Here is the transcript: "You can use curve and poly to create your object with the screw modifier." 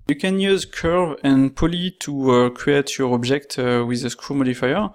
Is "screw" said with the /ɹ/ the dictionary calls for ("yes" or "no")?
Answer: no